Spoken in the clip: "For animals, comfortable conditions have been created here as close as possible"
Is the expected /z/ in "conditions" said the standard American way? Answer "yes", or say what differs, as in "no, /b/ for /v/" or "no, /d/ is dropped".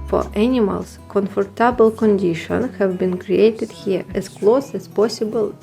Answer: no, /z/ is dropped